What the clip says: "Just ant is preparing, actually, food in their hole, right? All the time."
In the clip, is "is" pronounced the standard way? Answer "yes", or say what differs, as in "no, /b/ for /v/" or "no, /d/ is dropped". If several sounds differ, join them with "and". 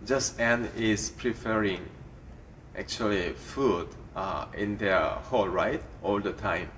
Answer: no, /s/ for /z/